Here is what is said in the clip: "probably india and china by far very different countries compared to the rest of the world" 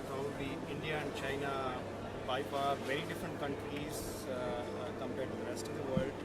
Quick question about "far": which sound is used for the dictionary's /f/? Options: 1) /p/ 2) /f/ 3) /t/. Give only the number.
1